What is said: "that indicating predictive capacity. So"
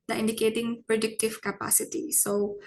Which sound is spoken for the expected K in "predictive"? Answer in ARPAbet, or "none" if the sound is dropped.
K